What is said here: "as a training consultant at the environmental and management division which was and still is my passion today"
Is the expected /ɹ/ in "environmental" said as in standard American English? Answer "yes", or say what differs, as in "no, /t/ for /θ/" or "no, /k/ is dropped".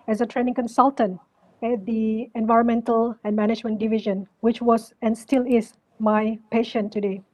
yes